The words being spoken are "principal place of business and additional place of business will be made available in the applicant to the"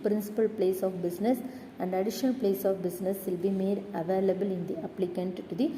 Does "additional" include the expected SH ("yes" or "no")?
yes